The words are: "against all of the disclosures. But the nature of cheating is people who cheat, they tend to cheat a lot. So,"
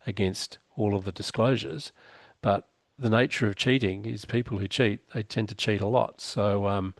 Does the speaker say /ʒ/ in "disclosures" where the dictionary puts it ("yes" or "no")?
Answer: yes